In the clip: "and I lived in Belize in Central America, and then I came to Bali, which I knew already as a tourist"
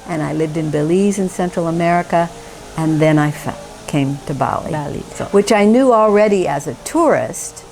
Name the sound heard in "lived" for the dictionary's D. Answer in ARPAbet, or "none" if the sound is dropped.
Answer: D